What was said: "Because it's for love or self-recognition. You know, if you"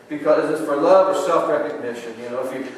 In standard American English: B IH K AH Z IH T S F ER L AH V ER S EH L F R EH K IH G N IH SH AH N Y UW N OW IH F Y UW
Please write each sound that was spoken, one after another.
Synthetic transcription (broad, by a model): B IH K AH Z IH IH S F ER L AH V ER S EH L F R EH K IH G N IH SH AH N Y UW N OW IH F Y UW